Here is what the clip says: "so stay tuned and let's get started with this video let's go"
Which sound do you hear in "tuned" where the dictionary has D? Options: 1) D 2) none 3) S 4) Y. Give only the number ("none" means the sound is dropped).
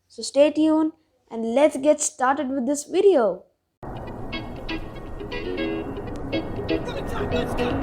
2